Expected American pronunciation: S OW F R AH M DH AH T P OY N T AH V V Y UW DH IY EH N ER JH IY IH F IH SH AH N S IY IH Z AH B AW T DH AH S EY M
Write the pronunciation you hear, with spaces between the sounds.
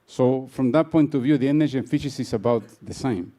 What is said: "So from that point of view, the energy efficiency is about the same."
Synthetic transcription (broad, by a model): S OW F R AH M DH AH T P OY N T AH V V Y UW DH IY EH N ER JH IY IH F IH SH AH S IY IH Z AH B AW T DH AH S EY M